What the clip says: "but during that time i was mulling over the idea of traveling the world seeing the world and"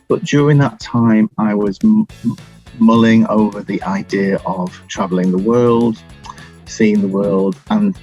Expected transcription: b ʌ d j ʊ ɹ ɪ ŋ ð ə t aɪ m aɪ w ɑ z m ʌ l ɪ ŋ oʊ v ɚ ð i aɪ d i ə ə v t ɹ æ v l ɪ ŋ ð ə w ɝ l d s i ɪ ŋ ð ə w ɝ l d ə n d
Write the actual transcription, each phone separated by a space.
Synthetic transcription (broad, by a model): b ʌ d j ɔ ɹ ɪ ŋ ð ə t aɪ m aɪ w ɑ z m ʌ l ɪ ŋ oʊ v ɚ ð i aɪ d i ə ə v t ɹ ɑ v l ɪ ŋ ð ə w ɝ l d s i ɪ ŋ ð ə w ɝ l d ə n